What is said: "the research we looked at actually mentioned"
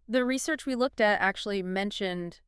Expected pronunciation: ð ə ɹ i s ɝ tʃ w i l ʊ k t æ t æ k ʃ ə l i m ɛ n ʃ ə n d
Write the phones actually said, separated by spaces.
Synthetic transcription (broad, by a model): ð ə ɹ i s ɝ tʃ w i l ʊ k t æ t æ k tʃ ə l i m ɛ n ʃ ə n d